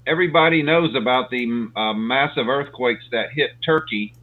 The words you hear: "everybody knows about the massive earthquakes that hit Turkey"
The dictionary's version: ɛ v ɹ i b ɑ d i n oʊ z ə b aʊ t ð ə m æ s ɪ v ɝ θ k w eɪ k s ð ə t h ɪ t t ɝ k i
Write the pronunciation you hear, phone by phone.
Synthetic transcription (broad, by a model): ɛ v ɹ i b ɑ d i n oʊ z ə b aʊ t ð ə m æ s ɪ v ɝ θ k w eɪ k s ð ə t h ɪ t t ɝ k i